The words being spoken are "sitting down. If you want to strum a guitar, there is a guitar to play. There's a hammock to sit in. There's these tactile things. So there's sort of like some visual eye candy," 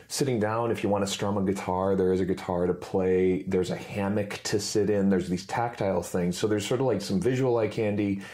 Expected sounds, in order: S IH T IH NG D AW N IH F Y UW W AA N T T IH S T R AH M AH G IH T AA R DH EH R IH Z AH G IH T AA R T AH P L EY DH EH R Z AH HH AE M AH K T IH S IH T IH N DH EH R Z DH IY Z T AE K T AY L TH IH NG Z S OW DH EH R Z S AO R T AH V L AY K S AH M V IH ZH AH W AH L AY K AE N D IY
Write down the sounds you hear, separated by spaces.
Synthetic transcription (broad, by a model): S IH T IH NG D AW N IH F Y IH W AA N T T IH S T R AH M AH G IH T AA R DH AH R IH Z AH G IH T AA R T AH P L EY DH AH R Z AH HH AE M AH K T IH S IH T IH N DH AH R Z DH IY Z T AE K T AY L TH IH NG Z S OW DH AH R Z S AO R T AH V L AY K S AH M V IH ZH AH W L AY K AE N D IY